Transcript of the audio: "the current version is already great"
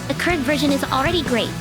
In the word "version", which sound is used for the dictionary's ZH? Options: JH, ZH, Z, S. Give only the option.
ZH